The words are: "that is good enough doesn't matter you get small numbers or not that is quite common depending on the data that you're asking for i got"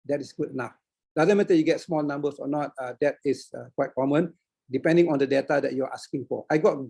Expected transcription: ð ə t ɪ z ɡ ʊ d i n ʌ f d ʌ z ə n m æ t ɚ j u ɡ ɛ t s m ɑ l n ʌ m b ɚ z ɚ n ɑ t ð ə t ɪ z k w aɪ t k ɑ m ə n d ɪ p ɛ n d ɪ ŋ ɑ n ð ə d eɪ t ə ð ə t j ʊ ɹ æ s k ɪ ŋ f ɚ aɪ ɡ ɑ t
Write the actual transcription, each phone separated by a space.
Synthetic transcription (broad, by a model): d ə t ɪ s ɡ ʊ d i n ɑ f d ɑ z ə n m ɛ t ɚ j u ɡ ɛ t s m ɑ l n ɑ m b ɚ s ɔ n ɑ t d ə t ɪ s k w aɪ t k ɑ m ə n d ɪ p ɛ n d ɪ ŋ ɑ n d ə d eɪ t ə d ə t j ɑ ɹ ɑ s k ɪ ŋ f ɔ aɪ ɡ ɑ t